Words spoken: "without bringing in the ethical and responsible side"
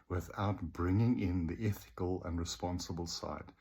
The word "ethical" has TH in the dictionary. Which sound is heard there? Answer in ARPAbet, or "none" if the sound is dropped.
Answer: TH